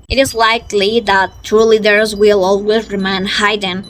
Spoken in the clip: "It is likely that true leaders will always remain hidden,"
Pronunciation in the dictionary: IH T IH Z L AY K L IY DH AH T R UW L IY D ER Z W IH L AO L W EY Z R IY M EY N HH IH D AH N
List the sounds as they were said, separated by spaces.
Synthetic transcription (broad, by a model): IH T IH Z L AY K L IY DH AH T UW L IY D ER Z W IH L AO L W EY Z R IY M EY N HH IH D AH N